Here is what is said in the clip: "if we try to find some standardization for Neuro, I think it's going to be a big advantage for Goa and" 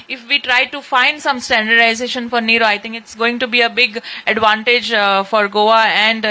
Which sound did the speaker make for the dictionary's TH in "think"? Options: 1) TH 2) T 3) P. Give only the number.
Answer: 2